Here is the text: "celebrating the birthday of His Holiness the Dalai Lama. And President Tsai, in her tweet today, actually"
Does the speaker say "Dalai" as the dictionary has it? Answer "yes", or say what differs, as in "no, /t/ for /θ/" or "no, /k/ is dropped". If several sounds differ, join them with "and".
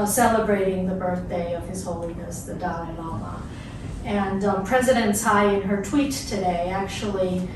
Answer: no, /n/ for /l/